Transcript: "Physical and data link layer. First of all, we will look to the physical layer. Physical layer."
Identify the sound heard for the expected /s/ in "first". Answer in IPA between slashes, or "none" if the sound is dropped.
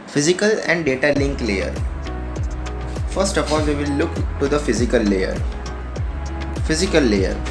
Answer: /s/